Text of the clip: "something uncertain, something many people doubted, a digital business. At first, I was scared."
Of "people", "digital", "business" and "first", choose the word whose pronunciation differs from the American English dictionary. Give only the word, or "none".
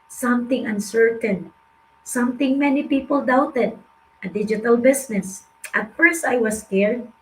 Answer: business